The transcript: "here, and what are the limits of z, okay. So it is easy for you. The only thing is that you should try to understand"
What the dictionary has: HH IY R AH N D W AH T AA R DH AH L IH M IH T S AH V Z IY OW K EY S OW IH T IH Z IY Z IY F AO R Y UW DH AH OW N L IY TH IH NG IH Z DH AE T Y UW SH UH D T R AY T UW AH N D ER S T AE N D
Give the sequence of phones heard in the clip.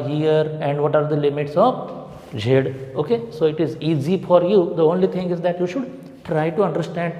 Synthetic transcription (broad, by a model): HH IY R AH N D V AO T AA R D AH L IH M IH T S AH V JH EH OW K EY S OW IH T IH Z IY Z IY F AO R Y UW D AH OW N L IY T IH NG IH Z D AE T Y UW SH UH D T R AY T UW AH N D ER S T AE N D